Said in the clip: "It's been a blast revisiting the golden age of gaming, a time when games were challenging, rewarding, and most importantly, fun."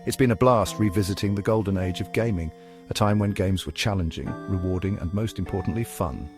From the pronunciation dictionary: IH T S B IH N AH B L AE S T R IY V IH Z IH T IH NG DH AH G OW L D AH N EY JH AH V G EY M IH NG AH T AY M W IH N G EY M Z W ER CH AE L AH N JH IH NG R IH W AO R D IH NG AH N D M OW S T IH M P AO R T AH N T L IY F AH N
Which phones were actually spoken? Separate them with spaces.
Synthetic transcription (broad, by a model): IH T S B IH N AH B L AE S T R IY V IH Z IH T IH NG DH AH G OW L D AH N EY JH AH V G EY M IH NG AH T AY M W IH N G EY M Z W ER CH AE L AH N JH IH NG R IH W AO R D IH NG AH N M OW S T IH M P AO R T N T L IY F AH N